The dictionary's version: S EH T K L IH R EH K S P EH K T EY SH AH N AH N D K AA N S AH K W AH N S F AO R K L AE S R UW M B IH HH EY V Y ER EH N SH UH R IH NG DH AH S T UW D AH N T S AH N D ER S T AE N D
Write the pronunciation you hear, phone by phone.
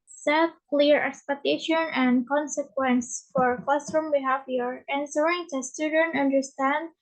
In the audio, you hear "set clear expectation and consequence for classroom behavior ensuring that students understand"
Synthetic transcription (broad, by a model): S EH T K L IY R EH K S P EH K T EY SH AH N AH N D K AA N S AH K W AH N S F AO R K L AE S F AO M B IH HH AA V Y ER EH N S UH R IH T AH S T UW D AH N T AH N D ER S T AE N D